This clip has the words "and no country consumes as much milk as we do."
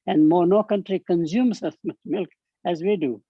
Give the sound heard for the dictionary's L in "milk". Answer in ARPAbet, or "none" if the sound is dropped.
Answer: L